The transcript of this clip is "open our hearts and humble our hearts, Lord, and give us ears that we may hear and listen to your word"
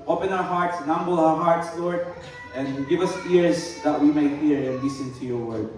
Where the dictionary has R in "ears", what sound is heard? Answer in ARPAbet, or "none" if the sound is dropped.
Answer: R